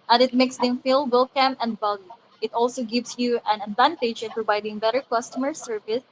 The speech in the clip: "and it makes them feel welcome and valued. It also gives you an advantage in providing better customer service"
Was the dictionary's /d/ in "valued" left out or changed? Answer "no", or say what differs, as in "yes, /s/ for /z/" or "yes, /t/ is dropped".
yes, /d/ is dropped